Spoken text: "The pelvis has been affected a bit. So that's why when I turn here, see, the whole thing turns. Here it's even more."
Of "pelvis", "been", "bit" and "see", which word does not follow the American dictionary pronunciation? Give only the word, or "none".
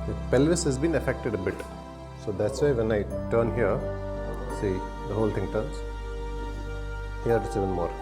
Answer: none